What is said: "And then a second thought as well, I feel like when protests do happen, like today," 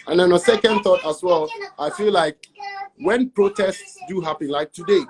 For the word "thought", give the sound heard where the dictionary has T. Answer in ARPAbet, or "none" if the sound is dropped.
T